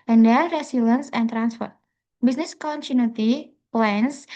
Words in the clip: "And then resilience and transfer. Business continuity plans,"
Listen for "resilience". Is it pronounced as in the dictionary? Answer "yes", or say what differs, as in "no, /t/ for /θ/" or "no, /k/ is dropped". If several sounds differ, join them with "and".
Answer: no, /s/ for /z/